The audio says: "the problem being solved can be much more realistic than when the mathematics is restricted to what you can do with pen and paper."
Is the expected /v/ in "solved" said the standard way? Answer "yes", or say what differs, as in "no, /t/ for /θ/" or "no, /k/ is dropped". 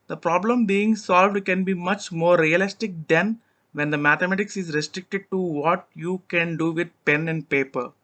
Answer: yes